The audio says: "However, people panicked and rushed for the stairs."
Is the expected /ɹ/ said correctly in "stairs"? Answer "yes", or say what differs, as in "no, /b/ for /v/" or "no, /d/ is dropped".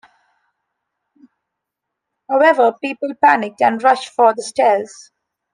no, /l/ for /ɹ/